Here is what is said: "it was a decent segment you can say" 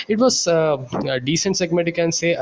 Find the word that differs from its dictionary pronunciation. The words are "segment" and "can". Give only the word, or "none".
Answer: segment